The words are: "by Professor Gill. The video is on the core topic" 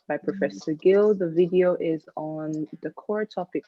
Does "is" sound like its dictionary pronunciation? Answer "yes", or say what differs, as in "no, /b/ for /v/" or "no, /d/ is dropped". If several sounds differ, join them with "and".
yes